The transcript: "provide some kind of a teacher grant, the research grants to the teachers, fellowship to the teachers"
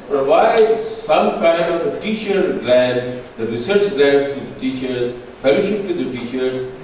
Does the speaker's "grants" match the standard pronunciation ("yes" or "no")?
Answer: no